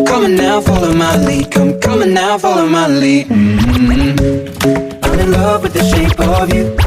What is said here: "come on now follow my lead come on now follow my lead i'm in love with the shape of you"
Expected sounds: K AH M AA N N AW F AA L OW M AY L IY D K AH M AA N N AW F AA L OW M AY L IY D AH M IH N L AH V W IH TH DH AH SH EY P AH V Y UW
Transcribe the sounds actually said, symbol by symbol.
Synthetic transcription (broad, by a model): K AH M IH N N AW F AA L OW M AY L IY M K AH M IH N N AW F AA L OW M AY L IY AH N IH L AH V W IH DH AH SH EY P AH V Y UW